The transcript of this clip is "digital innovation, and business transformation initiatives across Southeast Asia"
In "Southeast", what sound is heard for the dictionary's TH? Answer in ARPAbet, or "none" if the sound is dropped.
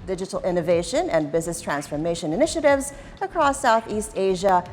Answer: TH